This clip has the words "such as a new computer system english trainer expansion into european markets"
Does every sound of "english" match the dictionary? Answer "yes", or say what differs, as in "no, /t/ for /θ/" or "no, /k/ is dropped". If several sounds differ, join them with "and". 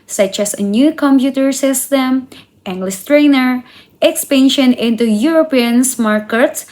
no, /s/ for /ʃ/